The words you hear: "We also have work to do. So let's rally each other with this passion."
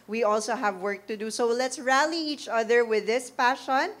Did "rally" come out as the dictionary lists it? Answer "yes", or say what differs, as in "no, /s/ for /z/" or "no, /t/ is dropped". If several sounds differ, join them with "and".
yes